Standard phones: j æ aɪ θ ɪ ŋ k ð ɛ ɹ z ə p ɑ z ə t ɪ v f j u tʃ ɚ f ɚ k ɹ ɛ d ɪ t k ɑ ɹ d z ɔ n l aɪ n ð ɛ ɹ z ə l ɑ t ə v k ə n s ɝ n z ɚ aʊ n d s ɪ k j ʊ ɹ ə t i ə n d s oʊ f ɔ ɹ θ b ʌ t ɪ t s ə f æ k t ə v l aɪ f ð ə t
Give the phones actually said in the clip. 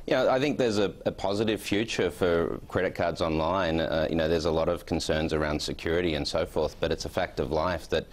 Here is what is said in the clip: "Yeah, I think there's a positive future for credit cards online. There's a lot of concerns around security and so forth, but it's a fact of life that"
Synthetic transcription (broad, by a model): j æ aɪ θ ɪ ŋ k ð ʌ ɹ z ə p ɑ z ə t ɪ v f j u tʃ ɚ f ɚ k ɹ ɛ d ɪ t k ɑ ɹ d z ɔ n l aɪ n ð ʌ ɹ z ə l ɑ t ə v k n s ɝ n z ɚ aʊ n d s ɪ k j ʊ ɹ ə t i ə n s oʊ f ɔ ɹ θ b ʌ t ɪ t s ə f æ k t ə v l aɪ f ð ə t